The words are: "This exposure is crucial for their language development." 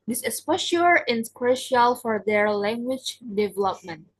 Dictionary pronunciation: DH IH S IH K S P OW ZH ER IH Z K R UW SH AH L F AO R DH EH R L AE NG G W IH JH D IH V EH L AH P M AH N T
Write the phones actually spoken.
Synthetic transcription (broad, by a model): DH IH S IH S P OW SH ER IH S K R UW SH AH L F AO R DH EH R L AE NG G W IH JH D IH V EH L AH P M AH N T